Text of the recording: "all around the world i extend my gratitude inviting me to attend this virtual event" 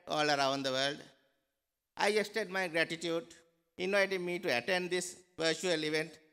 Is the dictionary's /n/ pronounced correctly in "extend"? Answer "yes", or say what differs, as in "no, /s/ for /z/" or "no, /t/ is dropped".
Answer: no, /n/ is dropped